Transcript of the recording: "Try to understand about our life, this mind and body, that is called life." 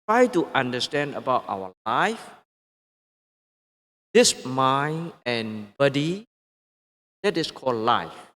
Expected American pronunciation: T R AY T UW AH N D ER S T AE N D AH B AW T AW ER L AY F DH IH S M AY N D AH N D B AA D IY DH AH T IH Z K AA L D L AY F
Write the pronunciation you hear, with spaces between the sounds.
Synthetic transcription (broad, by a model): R AY T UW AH N D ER S T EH N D AH B AW T AW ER L AY F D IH S M AY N AH N B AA D IY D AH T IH S K AA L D L AY F